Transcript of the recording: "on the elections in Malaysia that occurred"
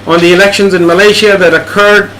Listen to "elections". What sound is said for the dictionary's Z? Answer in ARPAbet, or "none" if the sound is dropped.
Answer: Z